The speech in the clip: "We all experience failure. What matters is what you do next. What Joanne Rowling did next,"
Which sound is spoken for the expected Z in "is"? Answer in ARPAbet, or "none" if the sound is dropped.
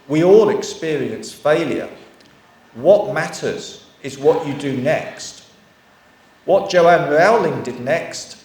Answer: Z